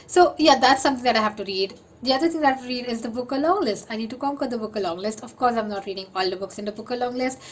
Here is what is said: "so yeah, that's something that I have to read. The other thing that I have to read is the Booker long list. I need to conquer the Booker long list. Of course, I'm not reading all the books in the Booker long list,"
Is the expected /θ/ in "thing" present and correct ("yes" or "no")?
no